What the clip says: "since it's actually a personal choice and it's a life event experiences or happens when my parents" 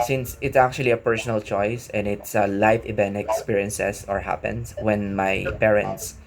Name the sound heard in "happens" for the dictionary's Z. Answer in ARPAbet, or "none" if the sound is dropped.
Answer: S